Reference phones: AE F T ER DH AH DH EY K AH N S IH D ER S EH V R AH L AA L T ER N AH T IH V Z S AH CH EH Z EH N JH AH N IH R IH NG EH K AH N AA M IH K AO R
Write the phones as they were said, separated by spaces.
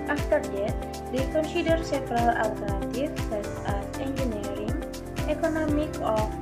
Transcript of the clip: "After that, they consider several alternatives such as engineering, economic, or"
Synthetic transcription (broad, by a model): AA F T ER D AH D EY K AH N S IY D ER S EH F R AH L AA L T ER N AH T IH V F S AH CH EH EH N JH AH N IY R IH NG EH K AH N AA M IH K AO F